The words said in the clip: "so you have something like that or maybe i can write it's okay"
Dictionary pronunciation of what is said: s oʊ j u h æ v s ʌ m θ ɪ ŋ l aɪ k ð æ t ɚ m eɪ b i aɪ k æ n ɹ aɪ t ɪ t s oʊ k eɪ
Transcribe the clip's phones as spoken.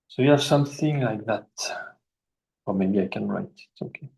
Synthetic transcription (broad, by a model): s oʊ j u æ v s ʌ m θ ɪ ŋ l aɪ k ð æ t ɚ m eɪ b i aɪ k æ n ɹ aɪ t ɪ t s oʊ k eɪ